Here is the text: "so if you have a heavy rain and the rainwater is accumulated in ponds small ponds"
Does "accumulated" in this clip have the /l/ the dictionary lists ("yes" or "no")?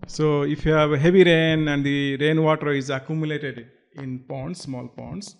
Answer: yes